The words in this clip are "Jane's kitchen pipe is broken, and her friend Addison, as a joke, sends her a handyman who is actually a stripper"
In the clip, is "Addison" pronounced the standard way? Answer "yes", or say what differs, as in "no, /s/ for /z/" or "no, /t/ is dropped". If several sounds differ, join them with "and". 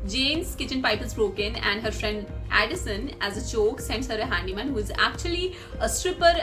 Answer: yes